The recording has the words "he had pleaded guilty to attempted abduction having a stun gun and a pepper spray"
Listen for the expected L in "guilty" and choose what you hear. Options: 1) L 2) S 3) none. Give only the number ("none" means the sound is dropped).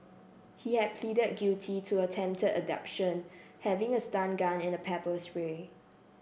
3